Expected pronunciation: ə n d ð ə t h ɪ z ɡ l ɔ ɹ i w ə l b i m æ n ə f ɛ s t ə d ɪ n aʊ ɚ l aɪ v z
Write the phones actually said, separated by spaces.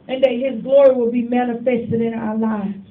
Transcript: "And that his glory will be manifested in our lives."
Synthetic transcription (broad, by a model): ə n ð ə t h ɪ z ɡ l ɔ ɹ i w ə l b i m æ n ə f ɛ s t ə d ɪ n aʊ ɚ l aɪ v